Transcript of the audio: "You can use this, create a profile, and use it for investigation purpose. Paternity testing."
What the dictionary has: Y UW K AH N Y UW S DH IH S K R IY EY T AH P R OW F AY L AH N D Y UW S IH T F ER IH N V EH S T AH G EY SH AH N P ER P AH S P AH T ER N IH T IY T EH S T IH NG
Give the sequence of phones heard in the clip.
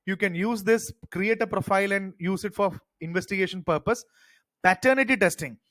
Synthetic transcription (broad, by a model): Y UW K AH N Y UW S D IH S K R IY EY T AH P R OW F AY L AH N D Y UW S IH T F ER IH N V EH S T AH G EY SH AH N P ER P AH S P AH T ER N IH T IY T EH S T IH NG